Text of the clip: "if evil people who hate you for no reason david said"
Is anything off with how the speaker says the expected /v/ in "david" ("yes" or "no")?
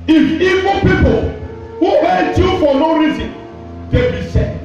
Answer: yes